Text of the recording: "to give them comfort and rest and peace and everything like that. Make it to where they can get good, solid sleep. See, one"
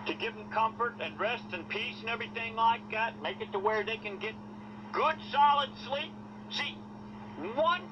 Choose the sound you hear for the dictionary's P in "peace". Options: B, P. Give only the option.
P